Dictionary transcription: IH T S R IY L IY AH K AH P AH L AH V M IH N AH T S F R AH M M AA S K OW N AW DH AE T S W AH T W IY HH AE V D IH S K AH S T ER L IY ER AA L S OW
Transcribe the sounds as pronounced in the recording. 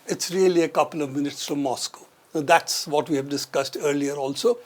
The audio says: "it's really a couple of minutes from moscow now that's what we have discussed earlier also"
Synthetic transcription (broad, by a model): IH T S R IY L IY AH K AH P AH L AH V M IH N AH T S F R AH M M AA S K OW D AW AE T S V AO T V IY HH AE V D IH S K AH S T ER L IY ER AA L S OW